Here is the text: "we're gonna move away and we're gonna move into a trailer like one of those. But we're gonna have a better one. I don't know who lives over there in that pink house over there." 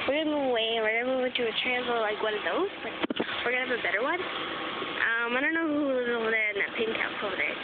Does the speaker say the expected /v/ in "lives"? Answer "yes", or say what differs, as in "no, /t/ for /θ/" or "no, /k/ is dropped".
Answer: no, /v/ is dropped